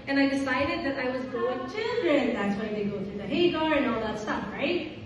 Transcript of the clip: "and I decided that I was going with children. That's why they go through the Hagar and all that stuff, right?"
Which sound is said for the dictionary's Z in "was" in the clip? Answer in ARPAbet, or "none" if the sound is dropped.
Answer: Z